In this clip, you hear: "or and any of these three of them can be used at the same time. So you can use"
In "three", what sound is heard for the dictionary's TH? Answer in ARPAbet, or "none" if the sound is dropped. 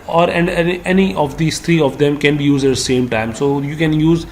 T